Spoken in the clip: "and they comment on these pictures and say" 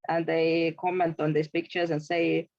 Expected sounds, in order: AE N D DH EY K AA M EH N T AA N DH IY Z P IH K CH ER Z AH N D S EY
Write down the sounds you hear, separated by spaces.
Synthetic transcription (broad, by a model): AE N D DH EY K AA M EH N T AA N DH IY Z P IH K CH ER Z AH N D S EY